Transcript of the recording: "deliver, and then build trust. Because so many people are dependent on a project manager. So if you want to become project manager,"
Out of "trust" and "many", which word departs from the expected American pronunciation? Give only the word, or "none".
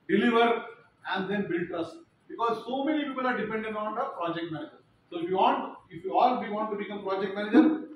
trust